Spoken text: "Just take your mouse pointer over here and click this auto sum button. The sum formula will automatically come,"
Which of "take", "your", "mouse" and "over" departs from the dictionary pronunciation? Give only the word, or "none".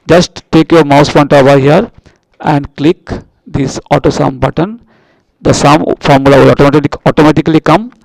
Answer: over